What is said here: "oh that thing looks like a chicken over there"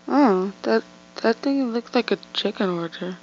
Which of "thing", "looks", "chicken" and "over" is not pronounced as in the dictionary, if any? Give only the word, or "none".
over